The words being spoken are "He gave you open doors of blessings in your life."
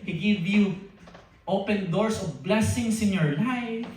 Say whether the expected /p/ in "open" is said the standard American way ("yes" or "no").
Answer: yes